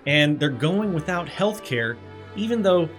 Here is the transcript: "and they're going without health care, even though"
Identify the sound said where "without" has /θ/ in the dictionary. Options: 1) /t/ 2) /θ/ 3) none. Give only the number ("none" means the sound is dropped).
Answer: 2